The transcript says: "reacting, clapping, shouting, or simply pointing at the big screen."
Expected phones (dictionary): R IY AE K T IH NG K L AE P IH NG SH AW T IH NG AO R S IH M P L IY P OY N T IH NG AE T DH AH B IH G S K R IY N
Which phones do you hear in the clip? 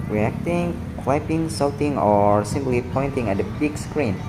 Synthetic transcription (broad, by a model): R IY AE K T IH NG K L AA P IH NG S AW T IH NG AO R S IH M P L IY P OY N T IH NG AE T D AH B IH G S K R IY N